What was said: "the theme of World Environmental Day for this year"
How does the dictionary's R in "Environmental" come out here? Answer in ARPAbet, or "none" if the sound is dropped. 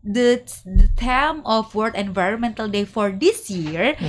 R